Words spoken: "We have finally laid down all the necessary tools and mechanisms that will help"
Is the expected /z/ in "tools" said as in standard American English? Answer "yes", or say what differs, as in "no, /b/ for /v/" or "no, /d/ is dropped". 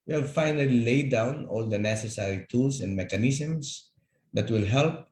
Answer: no, /s/ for /z/